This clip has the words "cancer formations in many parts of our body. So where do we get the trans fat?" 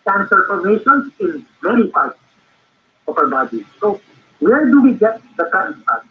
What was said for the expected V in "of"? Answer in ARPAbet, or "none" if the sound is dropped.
P